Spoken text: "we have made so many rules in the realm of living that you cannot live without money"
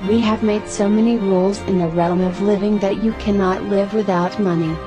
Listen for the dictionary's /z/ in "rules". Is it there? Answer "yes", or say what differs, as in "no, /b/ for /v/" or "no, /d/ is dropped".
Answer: yes